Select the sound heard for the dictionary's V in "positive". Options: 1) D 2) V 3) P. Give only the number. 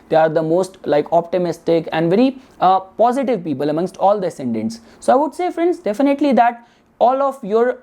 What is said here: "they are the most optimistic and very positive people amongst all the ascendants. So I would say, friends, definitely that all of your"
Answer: 2